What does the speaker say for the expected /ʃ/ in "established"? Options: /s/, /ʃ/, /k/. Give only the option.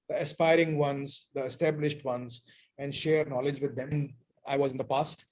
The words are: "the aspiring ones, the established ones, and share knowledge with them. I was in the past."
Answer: /ʃ/